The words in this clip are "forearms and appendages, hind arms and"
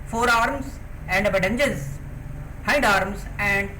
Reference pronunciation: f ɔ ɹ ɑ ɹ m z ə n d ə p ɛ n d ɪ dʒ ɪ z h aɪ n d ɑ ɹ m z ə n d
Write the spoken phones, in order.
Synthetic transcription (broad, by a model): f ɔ ɹ ɑ ɹ m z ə n d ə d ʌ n dʒ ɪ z h aɪ n d ɑ ɹ m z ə n d